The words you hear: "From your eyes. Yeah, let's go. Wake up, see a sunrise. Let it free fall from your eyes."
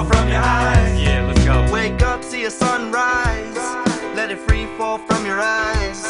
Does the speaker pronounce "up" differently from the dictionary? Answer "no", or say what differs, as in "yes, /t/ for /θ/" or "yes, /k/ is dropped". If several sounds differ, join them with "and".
no